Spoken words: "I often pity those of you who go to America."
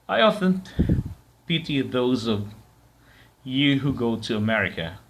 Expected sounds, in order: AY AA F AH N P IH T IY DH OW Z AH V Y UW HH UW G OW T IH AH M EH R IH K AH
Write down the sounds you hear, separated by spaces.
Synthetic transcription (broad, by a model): AY AA F AH N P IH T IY DH OW Z AH V Y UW HH UW G OW T IH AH M EH R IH K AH